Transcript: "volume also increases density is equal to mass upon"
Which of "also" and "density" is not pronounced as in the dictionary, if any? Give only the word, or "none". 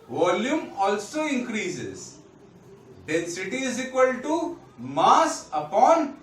density